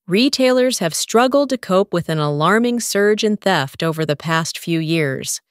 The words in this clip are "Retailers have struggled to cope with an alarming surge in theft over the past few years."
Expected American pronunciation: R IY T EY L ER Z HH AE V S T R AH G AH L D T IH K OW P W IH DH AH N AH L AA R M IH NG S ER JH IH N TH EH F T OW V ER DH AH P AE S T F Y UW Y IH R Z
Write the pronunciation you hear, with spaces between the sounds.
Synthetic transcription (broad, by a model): R IY T EY L ER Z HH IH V S T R AH G L D T IH K OW P W IH DH AH N AH L AA R M IH NG S ER JH IH N TH EH F T OW V ER DH AH P AE S T F Y UW Y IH R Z